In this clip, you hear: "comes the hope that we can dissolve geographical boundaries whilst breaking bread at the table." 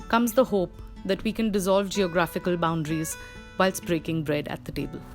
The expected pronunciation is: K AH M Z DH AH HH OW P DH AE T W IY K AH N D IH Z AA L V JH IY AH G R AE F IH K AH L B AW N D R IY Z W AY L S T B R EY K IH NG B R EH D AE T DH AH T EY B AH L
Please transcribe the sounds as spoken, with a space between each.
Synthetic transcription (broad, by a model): K AH M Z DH AH HH OW P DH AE T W IY K AH N D IH Z AA L V JH IY AH G R AE F IH K AH L B AW N D R IY Z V AY L S B R EY K IH NG B R EH D AE T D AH T EY B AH L